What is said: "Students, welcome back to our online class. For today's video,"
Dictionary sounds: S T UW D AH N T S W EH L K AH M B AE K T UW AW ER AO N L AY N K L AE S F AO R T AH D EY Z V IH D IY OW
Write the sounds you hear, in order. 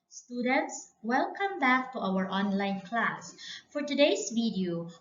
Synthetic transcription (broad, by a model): S T UW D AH N T S W EH L K AH M B AE K T UW AW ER AO N L AY N K L AE S F AO R T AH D EY S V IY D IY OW